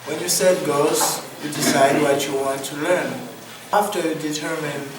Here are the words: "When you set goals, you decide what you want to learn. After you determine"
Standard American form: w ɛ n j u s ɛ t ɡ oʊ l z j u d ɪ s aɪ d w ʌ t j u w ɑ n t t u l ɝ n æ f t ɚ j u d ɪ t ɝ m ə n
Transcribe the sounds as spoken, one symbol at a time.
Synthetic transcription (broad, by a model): w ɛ n j u s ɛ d ɡ oʊ z j u d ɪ s aɪ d w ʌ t j u w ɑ n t t u l ɝ n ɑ f t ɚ j u d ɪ t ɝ m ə n